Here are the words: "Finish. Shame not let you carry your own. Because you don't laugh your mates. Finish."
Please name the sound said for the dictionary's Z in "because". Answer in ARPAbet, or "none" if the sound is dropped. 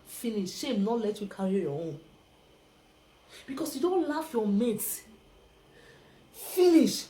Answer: S